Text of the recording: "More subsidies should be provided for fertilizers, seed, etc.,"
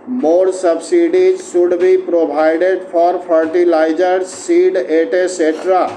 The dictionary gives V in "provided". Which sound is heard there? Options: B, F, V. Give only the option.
B